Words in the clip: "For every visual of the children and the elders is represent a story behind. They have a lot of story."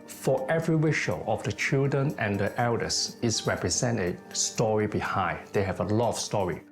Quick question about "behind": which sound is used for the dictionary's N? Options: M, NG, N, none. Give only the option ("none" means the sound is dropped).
none